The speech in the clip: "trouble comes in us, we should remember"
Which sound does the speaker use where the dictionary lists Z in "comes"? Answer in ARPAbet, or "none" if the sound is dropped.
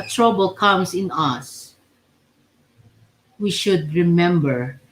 S